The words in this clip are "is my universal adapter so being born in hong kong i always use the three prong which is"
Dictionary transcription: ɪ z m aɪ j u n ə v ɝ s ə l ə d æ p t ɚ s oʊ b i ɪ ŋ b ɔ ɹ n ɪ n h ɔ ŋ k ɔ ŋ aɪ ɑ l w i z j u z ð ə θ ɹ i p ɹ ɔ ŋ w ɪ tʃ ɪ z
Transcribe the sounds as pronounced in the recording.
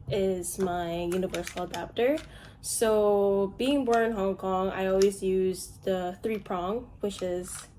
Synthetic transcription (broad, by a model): ɪ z m aɪ j u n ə v ɝ s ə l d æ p t ɚ s oʊ b i ɪ ŋ b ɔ ɹ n ɪ n h ɔ ŋ k ɔ ŋ aɪ ɑ l w i z j u z ð ə θ ɹ i p ɹ ɔ ŋ w ɪ tʃ ɪ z